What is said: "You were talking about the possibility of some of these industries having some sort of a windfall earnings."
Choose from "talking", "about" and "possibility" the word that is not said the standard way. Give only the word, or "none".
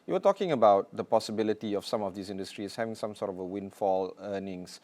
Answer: none